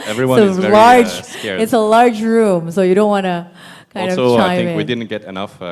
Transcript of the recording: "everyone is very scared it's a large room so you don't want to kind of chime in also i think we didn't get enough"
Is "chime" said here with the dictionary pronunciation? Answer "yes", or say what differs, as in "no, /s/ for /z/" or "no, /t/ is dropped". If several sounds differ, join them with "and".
no, /m/ is dropped